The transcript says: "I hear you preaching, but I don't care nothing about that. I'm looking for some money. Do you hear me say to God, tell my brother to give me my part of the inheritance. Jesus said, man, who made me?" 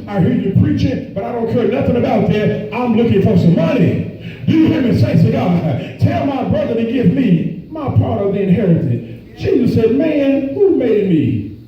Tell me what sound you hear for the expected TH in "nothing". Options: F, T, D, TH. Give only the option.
TH